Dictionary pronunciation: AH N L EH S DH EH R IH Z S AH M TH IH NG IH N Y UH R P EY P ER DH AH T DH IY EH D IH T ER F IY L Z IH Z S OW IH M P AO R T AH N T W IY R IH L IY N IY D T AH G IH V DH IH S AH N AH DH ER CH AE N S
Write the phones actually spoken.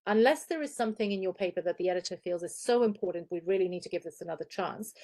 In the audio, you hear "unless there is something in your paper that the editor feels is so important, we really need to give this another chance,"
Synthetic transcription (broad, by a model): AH N L EH S DH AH R IH Z S AH M TH IH NG IH N Y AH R P EY P ER DH AH T DH IY EH D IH T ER F IY L Z IH Z S OW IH M P AO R T N T W IY R IH L IY N IY D T AH G IH V DH IH S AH N AH DH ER CH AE N S